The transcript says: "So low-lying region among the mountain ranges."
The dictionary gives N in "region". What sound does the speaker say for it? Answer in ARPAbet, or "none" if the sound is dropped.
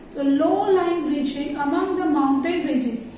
none